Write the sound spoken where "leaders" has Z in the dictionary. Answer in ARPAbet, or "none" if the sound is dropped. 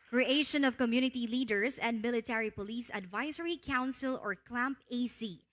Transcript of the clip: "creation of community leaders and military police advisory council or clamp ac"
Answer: S